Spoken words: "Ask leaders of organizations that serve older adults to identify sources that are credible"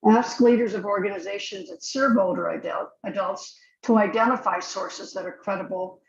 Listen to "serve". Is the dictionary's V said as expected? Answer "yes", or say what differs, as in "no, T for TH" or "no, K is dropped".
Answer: no, B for V